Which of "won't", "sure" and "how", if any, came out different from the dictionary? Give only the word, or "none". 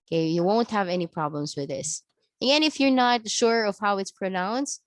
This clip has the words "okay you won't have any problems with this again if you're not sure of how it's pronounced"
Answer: none